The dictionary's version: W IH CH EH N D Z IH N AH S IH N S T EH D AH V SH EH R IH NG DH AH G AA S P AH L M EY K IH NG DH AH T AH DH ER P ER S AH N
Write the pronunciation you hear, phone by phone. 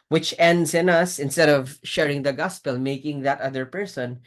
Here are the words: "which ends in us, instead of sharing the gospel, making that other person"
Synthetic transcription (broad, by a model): W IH CH EH N D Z IH N AH S IH N S T EH D AH V SH EH R IH NG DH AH G AA S P AH L M EY K IH NG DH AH T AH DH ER P ER S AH N